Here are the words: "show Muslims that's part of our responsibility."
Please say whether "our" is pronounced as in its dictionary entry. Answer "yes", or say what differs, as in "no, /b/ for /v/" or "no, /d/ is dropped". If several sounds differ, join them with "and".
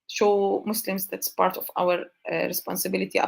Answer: no, /w/ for /ɹ/